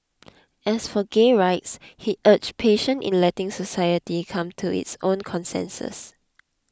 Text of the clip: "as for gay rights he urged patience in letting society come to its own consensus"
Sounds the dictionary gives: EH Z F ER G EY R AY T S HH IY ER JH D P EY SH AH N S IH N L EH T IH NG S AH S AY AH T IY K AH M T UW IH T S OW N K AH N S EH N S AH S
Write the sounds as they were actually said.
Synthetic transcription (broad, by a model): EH S F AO G EY R AY T S HH IY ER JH P EY SH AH N IH N L EH T IH NG S AH S AY AH T IY K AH M T UW IH T S OW N K AH N S EH N S AH S